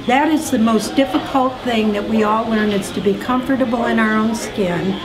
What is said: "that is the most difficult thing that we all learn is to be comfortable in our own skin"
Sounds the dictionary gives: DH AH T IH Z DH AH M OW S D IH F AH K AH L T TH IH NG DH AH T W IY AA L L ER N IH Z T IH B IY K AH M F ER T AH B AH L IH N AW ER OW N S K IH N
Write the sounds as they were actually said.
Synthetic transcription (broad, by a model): DH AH T IH Z DH AH M OW S D IH F AH K AH L T TH IH NG DH AH T W IY AA L L ER N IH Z T IH B IY K AH M F ER T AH B L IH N AW ER OW N S K IH N